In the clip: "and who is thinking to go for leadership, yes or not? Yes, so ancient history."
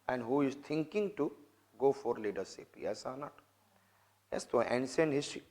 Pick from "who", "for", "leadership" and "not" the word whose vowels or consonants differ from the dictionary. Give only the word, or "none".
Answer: leadership